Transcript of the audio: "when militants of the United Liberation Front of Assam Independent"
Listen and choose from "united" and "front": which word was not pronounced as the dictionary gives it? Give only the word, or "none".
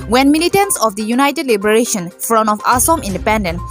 front